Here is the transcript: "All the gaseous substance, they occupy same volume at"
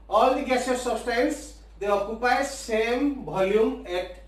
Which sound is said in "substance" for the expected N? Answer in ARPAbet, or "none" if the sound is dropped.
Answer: L